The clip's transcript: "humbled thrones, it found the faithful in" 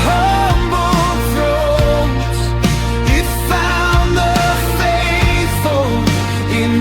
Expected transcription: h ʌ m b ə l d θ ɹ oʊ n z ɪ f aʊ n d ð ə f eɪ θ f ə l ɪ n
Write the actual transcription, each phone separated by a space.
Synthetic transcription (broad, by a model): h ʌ m b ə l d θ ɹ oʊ z ɪ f aʊ n ð ə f eɪ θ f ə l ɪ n